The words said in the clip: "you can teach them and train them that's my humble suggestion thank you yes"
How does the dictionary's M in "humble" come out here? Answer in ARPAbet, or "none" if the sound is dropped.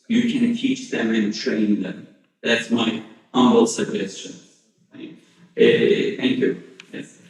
none